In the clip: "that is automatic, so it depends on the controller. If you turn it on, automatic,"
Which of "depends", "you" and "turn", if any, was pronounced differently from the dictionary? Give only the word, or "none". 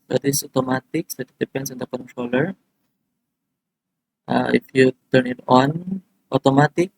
depends